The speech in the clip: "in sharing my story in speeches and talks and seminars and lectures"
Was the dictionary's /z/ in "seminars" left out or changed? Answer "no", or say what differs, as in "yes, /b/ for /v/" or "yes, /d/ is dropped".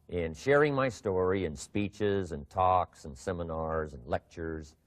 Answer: no